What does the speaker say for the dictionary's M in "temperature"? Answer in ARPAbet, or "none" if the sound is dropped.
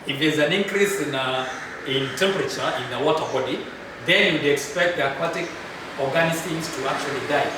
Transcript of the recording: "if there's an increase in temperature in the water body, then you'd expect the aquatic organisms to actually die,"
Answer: M